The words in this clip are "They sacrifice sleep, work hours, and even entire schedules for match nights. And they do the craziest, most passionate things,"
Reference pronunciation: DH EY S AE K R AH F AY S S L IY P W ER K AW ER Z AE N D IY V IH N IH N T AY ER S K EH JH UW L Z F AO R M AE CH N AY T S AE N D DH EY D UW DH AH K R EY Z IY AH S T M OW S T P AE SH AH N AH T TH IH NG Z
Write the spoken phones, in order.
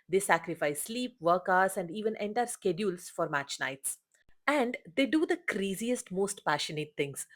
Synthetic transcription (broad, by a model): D EY S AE K R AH F AY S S L IY P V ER K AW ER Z AE N D IY V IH N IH N T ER S K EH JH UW L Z F AO R M AE CH N AY T S AE N D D EY D UW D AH K R EY Z IY AH S T M OW S T P AE SH AH N AH T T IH NG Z